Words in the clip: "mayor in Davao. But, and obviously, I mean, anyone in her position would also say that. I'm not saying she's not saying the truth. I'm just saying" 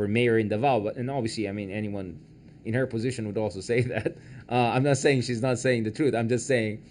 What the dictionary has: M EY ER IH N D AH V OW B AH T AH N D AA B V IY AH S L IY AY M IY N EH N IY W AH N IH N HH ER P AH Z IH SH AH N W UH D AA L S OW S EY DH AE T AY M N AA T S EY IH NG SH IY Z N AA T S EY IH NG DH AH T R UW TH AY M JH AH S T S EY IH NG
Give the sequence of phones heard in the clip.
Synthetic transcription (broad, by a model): M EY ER IH N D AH V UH B AH T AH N AA B V IY AH S L IY AY M IY N EH N IY W AH N IH N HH ER P AH Z IH SH AH N W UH D AA L S OW S EY DH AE T AY M N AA T S EY IH NG SH IY Z N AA T S EY IH NG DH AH T R UW TH AY M JH AH S T S EY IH NG